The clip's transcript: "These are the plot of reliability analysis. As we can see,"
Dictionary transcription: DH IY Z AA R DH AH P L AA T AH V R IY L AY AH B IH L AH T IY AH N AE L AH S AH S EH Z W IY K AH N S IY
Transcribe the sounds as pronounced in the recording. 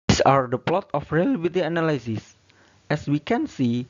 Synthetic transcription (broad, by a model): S AA R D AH P L AA T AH F R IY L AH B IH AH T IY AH N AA L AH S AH S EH S W IY K AH N S IY